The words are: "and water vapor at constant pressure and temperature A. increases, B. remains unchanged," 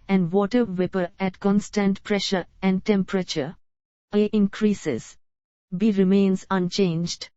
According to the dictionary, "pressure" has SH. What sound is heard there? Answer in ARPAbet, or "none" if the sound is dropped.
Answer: SH